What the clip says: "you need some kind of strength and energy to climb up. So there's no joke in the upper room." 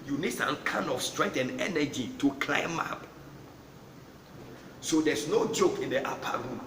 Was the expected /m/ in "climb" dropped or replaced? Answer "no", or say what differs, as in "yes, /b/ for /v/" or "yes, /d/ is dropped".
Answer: no